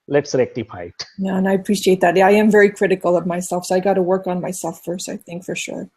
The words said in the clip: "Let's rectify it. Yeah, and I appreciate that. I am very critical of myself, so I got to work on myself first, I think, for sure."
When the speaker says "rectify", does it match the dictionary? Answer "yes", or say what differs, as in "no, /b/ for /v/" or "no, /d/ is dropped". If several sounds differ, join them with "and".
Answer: no, /p/ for /f/